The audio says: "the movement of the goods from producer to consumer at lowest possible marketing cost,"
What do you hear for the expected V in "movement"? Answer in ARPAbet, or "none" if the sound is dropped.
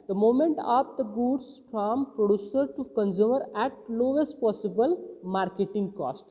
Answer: none